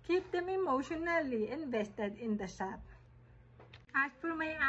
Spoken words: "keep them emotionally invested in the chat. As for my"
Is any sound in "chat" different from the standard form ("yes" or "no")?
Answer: yes